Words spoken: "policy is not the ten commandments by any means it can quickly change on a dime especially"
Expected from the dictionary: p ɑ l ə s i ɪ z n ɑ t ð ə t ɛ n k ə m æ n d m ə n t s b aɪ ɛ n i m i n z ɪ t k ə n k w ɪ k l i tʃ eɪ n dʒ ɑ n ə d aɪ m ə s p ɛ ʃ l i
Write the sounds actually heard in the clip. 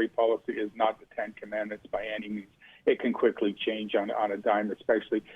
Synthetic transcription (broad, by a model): p ɑ l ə s i ɪ z n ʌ t ð ə t ɛ n k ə m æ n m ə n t s b aɪ ɛ n i m i n z ɪ t k ə n k w ɪ k l i tʃ eɪ n dʒ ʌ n ə d aɪ m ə s p ɛ ʃ l i